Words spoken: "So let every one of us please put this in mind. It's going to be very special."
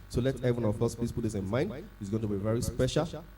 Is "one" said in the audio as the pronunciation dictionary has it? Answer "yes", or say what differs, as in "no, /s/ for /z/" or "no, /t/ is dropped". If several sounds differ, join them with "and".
no, /n/ is dropped